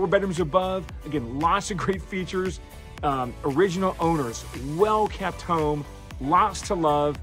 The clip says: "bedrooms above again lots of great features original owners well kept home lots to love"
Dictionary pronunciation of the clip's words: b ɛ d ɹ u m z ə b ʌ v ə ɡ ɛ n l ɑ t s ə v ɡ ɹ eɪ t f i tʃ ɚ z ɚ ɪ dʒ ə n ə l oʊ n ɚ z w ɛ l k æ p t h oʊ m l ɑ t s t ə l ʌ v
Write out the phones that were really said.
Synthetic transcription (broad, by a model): b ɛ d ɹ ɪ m z ə b ʌ v ə ɡ ɛ n l ɑ t s ə v ɡ ɹ eɪ t f i tʃ ɚ z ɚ ɪ dʒ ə n l oʊ n ɚ z w ɛ l k æ p t h oʊ m l ɑ t s t ə l ʌ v